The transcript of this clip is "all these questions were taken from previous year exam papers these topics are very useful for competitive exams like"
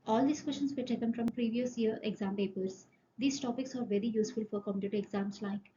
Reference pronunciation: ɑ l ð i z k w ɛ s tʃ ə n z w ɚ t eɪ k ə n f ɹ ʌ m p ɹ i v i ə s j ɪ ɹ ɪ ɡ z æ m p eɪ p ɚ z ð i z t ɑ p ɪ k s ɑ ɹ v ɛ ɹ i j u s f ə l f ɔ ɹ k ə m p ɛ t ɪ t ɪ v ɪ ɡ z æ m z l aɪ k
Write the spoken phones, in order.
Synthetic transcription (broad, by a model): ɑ l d i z k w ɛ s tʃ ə n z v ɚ t eɪ k ə n f ɹ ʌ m p ɹ i v i ə s j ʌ ɹ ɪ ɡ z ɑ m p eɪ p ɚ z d i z t ɑ p ɪ k s ɑ ɹ v ɛ ɹ i j u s f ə l f ɔ ɹ k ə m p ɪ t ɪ ɪ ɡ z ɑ m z l aɪ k